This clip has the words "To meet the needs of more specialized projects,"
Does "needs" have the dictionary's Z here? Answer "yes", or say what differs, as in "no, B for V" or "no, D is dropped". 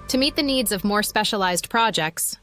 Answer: yes